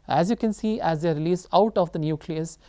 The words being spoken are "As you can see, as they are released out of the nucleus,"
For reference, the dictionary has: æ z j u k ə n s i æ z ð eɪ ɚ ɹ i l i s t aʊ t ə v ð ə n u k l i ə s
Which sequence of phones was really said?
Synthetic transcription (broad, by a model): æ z j u k ə n s i æ z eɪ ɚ ɹ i l i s aʊ t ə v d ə n u k l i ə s